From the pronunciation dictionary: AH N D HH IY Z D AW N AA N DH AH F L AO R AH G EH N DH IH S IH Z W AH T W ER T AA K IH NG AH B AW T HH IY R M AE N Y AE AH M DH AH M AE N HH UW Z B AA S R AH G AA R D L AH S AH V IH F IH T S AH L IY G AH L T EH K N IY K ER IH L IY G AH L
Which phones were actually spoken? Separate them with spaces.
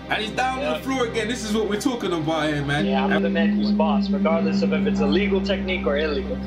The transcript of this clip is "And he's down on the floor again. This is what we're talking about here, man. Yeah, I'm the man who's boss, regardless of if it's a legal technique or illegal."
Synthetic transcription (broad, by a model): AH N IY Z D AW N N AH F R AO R AH G EH N DH IH S IH Z W AH T W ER T AA K IH NG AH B AW T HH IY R M AE N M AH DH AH M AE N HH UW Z B AA S R AH G AA R D L AH S AH V IH F IH T S AH L IY G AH L T EH K N IY K ER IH L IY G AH L